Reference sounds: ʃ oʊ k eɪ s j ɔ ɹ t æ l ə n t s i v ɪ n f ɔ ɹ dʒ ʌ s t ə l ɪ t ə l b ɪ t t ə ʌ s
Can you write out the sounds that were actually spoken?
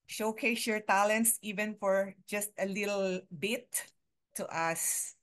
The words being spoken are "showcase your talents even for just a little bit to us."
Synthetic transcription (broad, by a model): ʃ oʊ k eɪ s j ɔ ɹ t æ l ə n t s i v ɪ n f ɔ ɹ dʒ ʌ s t ə l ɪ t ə l b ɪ t t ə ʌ s